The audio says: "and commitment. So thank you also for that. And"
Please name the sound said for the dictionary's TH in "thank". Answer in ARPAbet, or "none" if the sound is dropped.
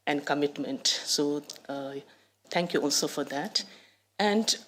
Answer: T